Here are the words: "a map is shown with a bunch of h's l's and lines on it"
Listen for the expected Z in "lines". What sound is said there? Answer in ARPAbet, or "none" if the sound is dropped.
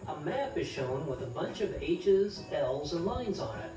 Z